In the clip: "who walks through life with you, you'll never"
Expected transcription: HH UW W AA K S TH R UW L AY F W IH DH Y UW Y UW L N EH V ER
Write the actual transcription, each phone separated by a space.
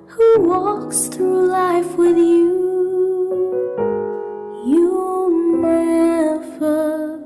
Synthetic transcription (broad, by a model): HH UW W AA K S TH R UW L AY F W IH DH Y UW Y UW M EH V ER